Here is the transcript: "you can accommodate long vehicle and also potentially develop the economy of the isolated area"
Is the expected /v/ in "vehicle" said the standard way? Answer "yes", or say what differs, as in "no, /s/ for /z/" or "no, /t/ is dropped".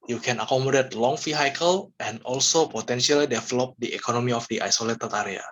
no, /f/ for /v/